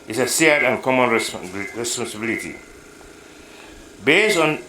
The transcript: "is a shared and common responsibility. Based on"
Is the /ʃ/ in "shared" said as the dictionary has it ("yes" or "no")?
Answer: no